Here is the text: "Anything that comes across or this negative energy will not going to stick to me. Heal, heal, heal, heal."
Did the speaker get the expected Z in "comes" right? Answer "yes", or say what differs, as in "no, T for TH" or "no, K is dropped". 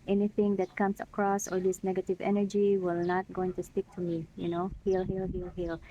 no, S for Z